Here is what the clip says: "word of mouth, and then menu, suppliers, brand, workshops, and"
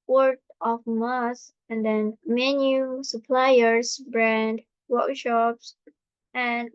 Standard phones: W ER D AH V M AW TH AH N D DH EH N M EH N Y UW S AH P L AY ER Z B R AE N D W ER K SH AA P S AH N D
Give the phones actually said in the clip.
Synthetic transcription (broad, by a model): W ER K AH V M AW S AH N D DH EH N M EH N Y UW S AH P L AY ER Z B R AE N D W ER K SH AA P S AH N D